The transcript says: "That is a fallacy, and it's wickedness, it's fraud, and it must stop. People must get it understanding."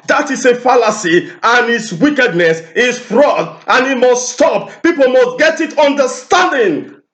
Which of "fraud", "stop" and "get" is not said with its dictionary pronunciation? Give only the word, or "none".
none